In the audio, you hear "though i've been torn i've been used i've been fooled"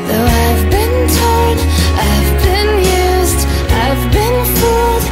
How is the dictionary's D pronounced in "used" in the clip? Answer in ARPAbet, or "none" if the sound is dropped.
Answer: D